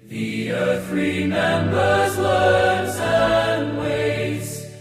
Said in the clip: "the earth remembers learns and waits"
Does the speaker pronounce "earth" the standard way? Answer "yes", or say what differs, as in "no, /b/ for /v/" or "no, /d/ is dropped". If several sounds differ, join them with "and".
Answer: yes